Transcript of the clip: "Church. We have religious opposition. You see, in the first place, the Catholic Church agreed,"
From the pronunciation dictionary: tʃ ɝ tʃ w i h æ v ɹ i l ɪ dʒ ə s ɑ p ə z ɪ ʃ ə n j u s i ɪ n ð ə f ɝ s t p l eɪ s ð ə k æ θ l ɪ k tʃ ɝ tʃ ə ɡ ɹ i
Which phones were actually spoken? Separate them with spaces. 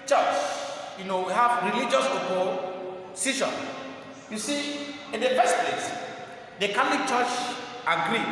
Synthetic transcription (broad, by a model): tʃ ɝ tʃ w i h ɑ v ɹ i l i dʒ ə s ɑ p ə s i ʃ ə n j u s i ɪ n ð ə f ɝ s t p l eɪ s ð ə k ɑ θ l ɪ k tʃ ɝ tʃ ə ɡ ɹ i